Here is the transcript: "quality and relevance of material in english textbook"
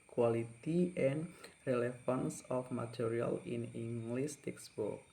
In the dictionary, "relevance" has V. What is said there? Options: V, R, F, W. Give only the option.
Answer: F